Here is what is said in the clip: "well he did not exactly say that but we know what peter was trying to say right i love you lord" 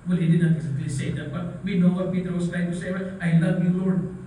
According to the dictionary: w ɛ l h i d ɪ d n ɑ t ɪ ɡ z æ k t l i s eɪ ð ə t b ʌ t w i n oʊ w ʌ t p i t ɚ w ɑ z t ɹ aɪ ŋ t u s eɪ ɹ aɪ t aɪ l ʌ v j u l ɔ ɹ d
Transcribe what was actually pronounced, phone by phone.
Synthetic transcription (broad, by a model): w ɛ l h i d ɪ d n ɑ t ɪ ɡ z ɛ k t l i s eɪ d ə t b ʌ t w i n oʊ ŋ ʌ p i t ɚ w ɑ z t l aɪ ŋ t u s eɪ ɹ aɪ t aɪ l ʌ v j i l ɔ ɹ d